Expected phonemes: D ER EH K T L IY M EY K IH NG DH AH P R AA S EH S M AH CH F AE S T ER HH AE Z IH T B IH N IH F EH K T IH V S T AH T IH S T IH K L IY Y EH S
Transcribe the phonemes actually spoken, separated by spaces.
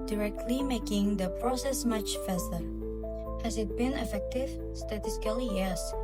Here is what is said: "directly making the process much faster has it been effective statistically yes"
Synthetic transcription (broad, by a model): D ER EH K T L IY M EY K IH NG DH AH P R AA S EH S M AH CH F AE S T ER HH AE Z IH T B IH N IH F EH K T IH V S T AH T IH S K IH L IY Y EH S